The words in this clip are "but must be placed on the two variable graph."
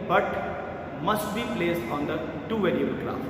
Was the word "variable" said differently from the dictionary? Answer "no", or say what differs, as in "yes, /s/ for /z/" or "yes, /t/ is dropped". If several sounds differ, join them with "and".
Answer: yes, /l/ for /ɹ/